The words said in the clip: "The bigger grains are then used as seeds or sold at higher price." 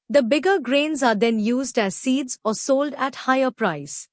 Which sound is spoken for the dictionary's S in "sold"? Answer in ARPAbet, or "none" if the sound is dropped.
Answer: S